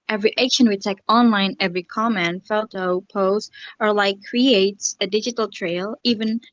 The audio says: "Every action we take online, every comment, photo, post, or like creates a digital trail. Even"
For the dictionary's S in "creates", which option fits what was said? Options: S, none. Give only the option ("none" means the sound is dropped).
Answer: S